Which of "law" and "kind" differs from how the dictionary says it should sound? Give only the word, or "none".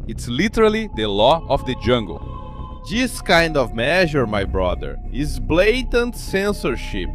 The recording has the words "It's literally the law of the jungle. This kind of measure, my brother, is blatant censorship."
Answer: none